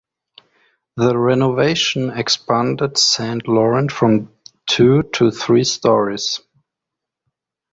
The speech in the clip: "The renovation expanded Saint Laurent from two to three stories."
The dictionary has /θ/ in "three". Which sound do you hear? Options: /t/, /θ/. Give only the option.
/θ/